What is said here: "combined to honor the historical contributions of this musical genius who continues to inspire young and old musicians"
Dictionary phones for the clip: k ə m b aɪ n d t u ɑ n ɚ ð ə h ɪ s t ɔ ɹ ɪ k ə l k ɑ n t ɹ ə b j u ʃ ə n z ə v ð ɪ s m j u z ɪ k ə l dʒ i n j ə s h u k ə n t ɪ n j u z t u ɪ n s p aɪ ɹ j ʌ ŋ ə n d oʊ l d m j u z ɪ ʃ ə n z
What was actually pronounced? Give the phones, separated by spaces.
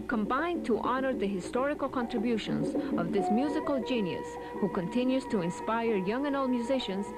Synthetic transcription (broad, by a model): k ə m b aɪ n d t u ɑ n ɚ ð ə h ɪ s t ɔ ɹ ɪ k ə l k ɑ n t ɹ ə b j u ʃ ə n z ə v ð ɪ s m j u z ɪ k ə l dʒ i n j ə s h u k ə n t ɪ n j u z t u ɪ n s p aɪ ɹ j ʌ ŋ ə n oʊ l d m j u z ɪ ʃ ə n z